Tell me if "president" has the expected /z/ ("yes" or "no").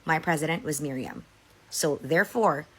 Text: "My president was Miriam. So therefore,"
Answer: yes